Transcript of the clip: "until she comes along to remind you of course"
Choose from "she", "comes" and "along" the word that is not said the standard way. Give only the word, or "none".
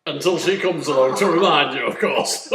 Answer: none